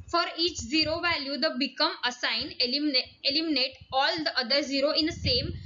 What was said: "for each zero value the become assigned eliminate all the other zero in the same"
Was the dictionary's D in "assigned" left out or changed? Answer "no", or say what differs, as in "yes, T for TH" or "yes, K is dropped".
yes, D is dropped